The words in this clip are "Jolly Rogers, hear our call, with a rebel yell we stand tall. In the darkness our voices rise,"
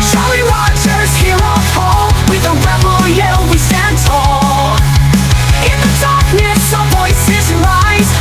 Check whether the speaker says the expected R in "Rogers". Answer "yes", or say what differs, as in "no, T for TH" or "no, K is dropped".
no, W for R